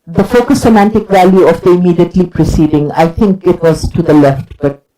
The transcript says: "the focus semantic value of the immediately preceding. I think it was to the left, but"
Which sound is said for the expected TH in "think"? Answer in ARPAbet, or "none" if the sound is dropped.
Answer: T